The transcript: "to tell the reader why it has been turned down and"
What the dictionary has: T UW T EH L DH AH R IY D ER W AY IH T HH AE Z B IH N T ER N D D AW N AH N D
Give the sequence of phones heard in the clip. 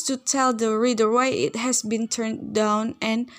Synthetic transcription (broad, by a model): T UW T EH L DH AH R IY D ER W AY IH T HH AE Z B IH N T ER N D D AW N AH N